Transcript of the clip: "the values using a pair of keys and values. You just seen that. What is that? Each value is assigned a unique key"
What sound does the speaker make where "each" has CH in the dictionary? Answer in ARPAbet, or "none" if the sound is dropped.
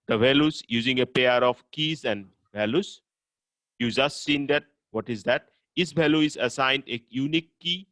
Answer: S